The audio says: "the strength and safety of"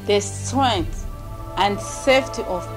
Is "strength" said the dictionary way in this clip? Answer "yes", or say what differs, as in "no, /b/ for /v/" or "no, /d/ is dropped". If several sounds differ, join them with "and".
no, /ɹ/ is dropped